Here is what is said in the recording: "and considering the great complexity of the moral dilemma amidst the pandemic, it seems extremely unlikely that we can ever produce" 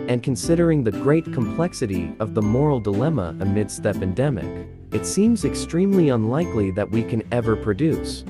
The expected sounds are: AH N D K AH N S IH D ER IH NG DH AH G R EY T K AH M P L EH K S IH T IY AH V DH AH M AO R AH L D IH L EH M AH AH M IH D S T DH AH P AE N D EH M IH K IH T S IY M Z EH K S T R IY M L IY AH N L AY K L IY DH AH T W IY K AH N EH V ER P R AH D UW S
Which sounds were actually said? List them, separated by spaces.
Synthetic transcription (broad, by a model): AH N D K AH N S IH D ER IH NG DH AH G R EY T K AH M P L EH K S IH T IY AH V DH AH M AO R L D IH L EH M AH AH M IH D S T DH AH P AE N D EH M IH K IH T S IY M Z EH K S T R IY M L IY AH N L AY K L IY DH AH T W IY K AH N EH V ER P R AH D UW S